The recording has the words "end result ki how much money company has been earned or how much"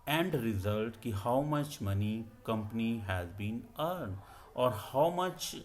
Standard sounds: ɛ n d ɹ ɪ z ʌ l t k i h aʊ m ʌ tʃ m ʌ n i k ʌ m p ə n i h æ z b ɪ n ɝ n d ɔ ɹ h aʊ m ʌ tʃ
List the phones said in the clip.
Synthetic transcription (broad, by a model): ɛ n d ɹ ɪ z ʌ l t k i h aʊ m ʌ tʃ m ʌ n i k ʌ m p ə n i h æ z b ɪ n ɝ n d ɔ ɹ h aʊ m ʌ tʃ